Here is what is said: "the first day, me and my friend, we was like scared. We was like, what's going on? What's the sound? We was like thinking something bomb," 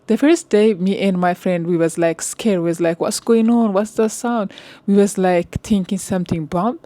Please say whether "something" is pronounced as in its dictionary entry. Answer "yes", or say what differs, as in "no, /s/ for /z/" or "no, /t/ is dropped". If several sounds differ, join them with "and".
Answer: no, /t/ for /θ/